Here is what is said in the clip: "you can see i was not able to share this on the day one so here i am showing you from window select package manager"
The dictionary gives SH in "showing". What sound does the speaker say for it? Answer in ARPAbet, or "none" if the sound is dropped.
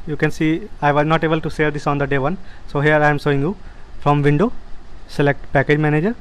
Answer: S